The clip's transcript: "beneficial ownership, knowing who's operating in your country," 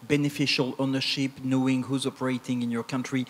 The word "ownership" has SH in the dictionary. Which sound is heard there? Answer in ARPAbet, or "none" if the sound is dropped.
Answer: SH